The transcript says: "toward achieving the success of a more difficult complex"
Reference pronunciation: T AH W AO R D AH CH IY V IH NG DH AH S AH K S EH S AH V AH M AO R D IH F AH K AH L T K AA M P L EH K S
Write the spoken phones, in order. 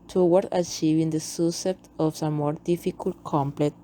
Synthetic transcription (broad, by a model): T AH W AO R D AH CH IY V IH NG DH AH S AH S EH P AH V AH M AO R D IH F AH K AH L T K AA M P L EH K